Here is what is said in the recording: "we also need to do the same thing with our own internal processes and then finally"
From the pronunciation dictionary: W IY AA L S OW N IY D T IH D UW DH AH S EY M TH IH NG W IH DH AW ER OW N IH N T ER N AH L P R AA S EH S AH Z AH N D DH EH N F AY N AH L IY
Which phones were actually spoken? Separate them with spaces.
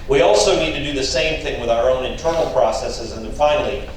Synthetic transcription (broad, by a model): W IY AA L S OW N IY D T IH D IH DH AH S EY M TH IH NG W IH DH AW ER OW N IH N T ER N L P R AA S EH S AH Z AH N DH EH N F AY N L IY